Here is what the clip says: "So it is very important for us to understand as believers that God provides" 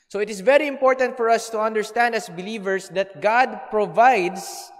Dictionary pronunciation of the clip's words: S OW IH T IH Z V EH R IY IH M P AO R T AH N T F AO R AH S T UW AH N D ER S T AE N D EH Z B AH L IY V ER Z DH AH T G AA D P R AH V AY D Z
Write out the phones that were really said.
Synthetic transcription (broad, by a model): S OW IH T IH S V EH R IY IH M P AO R T AH N T F AO R AH S T UW AH N D ER S T AE N D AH S B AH L IY V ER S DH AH T G AA D P R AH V AY D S